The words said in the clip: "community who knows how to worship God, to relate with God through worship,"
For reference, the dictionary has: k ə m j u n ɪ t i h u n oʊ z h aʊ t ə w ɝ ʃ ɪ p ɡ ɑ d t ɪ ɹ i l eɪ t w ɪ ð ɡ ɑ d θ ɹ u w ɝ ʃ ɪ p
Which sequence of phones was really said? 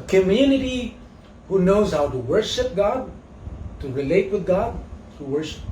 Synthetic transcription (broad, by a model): k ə m j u n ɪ t i h u n oʊ z h aʊ t ə w ɝ ʃ ɪ p ɡ ɑ d t ɪ ɹ i l eɪ t w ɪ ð ɡ ɑ d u w ɝ ʃ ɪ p